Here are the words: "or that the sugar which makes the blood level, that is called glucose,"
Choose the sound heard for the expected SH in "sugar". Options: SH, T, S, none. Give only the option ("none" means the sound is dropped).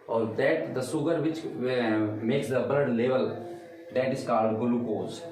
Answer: S